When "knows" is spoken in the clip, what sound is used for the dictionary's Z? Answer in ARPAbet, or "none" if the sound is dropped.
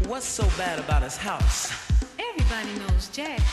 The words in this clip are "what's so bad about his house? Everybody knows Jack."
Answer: Z